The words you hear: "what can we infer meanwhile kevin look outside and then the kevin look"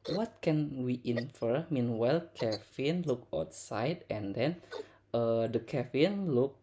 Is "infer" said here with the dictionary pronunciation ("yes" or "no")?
yes